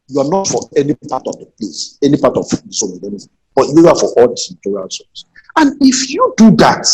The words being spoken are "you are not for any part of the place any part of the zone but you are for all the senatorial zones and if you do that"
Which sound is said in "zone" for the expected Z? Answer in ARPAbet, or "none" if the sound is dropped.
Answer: S